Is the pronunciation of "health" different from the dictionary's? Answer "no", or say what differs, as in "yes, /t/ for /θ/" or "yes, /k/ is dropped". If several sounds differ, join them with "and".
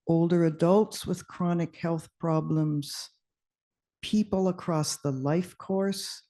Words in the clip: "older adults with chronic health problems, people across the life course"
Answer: no